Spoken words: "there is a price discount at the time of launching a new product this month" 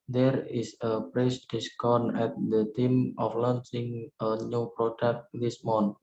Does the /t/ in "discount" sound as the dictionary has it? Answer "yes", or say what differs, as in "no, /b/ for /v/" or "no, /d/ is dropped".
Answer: no, /t/ is dropped